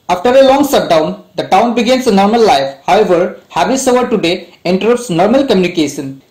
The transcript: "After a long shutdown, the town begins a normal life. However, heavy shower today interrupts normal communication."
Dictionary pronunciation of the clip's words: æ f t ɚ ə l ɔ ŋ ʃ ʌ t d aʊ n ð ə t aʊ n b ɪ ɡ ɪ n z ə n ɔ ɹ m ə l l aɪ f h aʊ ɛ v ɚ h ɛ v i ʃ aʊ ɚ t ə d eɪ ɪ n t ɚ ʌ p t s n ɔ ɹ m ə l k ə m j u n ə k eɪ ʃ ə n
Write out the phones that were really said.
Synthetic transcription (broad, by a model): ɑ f t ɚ ə l ɔ ŋ s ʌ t d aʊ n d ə t aʊ n b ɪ ɡ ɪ n s ə n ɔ ɹ m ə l l aɪ f h aʊ ɛ v ɚ h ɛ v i s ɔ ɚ t ə d eɪ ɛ n t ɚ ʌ p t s n ɔ ɹ m ə l k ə m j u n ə k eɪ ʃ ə n